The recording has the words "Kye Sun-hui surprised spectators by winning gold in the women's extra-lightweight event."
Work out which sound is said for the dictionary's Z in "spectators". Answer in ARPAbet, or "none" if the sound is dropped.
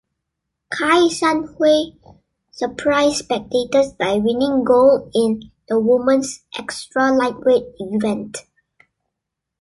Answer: S